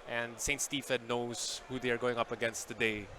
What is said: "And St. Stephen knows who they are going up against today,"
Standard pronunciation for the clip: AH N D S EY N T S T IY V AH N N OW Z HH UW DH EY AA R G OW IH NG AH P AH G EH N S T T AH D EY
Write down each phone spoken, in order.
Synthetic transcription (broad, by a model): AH N D S EY N T S T IY F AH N N OW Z HH UW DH EY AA R G OW IH NG AH P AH G EH N S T T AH D EY